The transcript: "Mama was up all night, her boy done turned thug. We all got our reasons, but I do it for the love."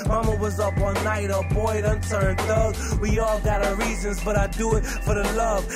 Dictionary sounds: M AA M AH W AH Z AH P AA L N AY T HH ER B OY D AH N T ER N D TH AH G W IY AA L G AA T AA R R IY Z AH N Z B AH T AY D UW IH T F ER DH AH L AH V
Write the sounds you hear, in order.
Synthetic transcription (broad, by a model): M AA M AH W AH Z AH P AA N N AY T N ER B OY D AH N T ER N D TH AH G W IY AA L G AA T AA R R IY Z AH N Z B AH T AY D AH IH T F ER DH AH L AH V